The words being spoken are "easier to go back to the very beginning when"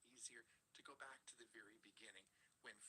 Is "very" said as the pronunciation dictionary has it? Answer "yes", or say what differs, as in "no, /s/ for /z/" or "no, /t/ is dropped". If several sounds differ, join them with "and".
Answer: yes